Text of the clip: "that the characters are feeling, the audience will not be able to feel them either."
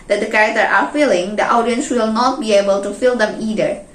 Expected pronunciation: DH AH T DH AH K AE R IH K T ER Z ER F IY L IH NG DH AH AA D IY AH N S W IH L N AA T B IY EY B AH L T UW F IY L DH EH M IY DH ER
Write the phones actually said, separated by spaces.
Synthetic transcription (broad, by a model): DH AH T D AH K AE R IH K T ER ER F IY L IH NG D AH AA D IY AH N S W IH L N AA T B IY EY B AH L T UW F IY L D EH M IY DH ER